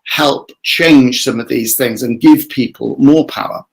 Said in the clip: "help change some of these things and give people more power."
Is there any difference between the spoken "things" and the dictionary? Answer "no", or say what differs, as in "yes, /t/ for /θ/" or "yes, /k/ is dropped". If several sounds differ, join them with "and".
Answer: no